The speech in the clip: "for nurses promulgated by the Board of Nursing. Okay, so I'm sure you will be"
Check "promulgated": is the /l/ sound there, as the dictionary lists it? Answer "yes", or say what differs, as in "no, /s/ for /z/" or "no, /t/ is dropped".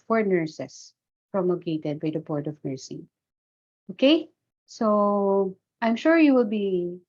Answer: no, /l/ is dropped